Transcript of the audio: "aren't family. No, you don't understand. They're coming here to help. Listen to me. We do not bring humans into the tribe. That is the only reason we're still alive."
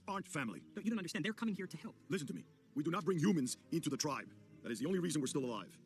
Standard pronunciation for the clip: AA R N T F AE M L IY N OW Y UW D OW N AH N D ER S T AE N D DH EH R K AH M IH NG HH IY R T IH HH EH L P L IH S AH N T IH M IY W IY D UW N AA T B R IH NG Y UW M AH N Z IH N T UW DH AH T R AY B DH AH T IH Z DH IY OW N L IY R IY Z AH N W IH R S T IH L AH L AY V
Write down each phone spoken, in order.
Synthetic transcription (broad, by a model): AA R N T F AE M L IY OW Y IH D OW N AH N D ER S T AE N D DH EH R K AH M IH NG HH IY R T IH HH EH L P L IH S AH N T IH M IY W IY D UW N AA T B R IH NG Y UW M AH N Z IH N T UW DH AH T R AY B DH AH T IH Z DH IY OW N L IY R IY Z AH N W IH R S T IH L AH L AY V